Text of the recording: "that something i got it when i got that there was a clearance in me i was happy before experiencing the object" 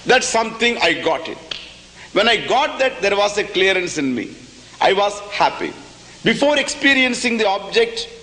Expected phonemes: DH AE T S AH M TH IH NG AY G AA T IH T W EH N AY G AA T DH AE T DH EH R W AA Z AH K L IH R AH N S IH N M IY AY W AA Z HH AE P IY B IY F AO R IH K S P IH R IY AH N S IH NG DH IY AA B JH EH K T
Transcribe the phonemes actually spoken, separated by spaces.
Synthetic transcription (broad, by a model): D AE T S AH M T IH NG AY G AA T IH T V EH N AY G AA T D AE T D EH R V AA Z AH K L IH R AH N S IH N M IY AY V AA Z HH AE P IY B IY F AO R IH K S P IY R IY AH N S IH NG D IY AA B JH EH K T